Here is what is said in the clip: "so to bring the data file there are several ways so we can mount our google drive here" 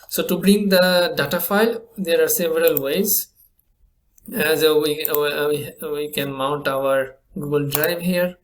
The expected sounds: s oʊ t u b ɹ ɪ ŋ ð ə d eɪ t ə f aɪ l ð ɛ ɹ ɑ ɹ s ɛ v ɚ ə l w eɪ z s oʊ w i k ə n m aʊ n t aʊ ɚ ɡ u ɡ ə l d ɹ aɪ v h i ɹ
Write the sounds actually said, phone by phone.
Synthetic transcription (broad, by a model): s oʊ t u b ɹ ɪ ŋ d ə d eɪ t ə f aɪ l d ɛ ɹ ɑ ɹ s ɛ v ɚ ə l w eɪ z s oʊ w i k ə n m aʊ n t aʊ ɚ ɡ u ɡ ə l d ɹ aɪ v h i ɹ